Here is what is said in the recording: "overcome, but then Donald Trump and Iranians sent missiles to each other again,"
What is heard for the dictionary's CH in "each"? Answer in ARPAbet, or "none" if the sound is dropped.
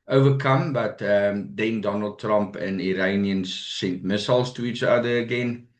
S